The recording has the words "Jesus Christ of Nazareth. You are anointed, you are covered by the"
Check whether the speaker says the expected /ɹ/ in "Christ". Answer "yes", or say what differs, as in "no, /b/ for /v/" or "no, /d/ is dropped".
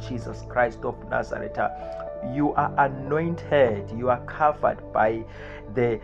yes